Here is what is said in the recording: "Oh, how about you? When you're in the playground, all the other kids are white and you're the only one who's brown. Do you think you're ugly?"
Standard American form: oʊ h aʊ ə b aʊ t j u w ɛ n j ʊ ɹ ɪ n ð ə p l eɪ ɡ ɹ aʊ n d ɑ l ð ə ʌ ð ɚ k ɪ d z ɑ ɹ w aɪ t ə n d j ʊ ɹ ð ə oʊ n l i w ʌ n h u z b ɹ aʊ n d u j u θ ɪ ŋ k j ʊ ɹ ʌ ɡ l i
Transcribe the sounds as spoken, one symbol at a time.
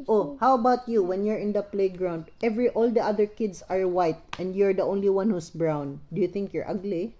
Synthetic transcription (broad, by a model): oʊ h aʊ ə b aʊ t j u w ɛ n j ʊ ɹ ɪ n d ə p l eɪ ɡ ɹ aʊ n d ɑ l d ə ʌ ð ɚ k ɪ d s ɑ ɹ w aɪ t ə n d j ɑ ɹ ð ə oʊ n l i w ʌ n h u s b ɹ aʊ n d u j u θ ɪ ŋ k j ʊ ɹ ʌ ɡ l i